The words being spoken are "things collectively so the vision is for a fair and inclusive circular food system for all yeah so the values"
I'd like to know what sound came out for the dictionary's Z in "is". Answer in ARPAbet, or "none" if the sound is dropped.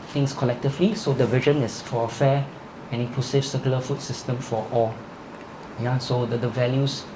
S